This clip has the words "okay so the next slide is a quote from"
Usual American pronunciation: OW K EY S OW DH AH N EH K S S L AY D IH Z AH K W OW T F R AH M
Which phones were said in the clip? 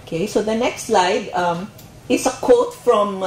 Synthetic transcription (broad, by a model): K EY S OW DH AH N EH K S S L AY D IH S AH K OW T F R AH M